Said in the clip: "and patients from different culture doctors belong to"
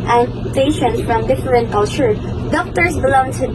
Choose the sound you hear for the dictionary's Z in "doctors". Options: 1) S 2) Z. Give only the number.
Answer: 1